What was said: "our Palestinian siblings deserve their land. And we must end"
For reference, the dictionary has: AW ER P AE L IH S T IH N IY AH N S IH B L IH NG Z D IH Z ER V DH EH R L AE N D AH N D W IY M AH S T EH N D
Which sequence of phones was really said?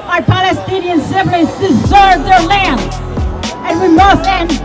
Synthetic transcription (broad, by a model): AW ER P AE L IH S T IH N IY AH N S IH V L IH Z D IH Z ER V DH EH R L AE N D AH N W IY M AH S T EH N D